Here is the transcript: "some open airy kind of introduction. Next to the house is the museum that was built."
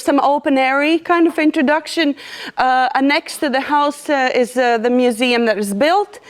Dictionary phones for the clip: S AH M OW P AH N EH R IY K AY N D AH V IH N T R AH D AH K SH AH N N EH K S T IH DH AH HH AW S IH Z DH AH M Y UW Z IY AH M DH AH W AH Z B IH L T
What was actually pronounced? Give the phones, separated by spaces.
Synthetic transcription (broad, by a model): S AH M OW P AH N EH R IY K AY N D AH V IH N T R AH D AH K SH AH N N EH K S T IH DH AH HH AW S IH Z DH AH M Y UW Z IY AH M DH AH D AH Z B IH L T